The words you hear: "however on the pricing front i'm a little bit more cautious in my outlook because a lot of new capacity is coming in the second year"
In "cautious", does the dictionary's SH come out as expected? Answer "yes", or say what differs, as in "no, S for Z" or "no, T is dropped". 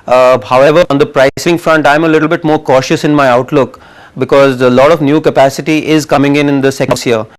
yes